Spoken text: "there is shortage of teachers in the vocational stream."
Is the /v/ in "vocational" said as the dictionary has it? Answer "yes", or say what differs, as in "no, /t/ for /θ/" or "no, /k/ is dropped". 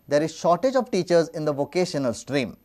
yes